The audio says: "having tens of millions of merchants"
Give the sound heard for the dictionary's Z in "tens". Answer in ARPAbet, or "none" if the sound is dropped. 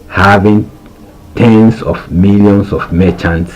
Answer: S